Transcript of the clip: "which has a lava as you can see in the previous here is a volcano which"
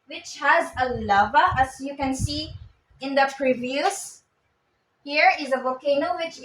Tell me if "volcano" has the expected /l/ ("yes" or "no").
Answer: no